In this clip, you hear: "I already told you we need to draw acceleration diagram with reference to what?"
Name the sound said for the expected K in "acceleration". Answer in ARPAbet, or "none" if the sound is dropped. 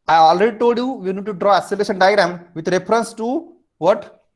none